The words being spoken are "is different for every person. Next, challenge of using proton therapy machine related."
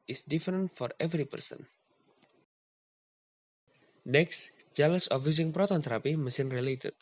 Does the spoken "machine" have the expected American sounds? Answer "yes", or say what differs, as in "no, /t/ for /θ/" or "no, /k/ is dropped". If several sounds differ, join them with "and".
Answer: no, /s/ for /ʃ/